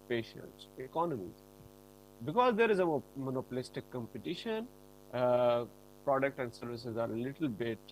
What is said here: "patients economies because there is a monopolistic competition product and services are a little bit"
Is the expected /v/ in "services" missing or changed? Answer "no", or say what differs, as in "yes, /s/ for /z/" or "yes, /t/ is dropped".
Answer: no